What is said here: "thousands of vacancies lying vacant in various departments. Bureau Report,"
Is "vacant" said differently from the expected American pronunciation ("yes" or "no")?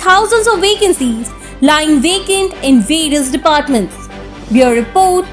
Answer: no